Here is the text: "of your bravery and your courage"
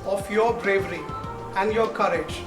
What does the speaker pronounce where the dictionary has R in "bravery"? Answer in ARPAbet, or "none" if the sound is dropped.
R